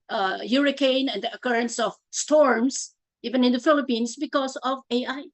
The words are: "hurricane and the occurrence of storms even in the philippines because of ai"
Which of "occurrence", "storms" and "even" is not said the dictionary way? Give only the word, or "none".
storms